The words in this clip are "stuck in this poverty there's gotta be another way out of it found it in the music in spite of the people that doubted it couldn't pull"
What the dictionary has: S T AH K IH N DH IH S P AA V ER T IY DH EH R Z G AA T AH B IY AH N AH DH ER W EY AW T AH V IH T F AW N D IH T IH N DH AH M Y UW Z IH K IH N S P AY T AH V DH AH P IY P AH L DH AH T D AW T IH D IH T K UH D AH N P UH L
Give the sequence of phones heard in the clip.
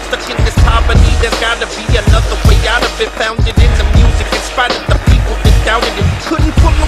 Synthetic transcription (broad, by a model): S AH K IH N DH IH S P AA P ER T IY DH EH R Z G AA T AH B IY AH N AH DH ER W EY AW T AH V IH T F AW N D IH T IH N DH AH M Y UW Z IH K IH N S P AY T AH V DH AH P IY P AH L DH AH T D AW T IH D IH T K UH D N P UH